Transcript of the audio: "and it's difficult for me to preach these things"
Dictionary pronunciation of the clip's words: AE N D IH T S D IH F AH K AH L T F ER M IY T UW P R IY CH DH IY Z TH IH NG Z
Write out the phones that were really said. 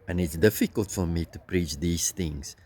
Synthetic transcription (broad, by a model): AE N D IH T S D IH F AH K AH L T F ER M IY T UW P R IY CH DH IY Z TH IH NG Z